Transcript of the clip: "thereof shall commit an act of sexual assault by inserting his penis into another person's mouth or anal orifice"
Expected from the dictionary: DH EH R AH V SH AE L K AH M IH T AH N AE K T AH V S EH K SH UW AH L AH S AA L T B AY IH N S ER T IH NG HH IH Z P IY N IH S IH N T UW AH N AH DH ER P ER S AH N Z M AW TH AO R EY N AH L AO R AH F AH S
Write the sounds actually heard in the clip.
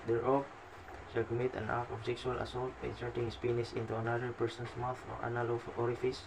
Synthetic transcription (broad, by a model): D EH R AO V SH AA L K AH M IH T AH N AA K AH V S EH K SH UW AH L AH S AA L T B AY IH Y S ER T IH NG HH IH S P IY N IH S IH N T UW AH N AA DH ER P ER S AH N S M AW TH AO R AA N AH L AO R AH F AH S